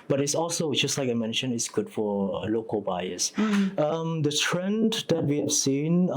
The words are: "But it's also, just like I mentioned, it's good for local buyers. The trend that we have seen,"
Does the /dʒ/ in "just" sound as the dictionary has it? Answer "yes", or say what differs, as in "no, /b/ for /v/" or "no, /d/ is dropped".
yes